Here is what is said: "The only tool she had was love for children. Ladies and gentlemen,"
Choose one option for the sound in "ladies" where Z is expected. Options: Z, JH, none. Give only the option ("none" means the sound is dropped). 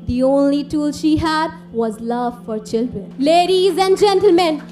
Z